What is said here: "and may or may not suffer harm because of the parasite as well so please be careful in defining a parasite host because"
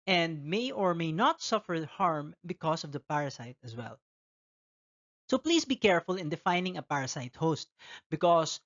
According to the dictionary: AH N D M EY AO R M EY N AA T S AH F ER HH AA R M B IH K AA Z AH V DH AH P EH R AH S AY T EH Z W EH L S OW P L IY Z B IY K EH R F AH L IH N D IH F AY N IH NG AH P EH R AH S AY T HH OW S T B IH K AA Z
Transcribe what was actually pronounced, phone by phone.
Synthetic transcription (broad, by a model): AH N D M EY AO R M EY N AA T S AH F ER HH AA R M B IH K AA S AH V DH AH P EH R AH S AY T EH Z W EH L S OW P L IY S B IY K EH R F AH L IH N D IH F AY N IH NG AH P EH R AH S AY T HH OW S T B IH K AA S